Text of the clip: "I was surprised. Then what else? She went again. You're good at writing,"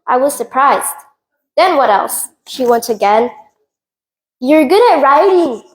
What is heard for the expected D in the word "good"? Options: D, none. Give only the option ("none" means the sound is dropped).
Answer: D